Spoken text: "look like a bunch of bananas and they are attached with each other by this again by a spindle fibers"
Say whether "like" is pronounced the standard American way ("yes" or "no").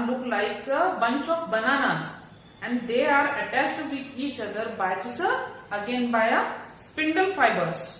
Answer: yes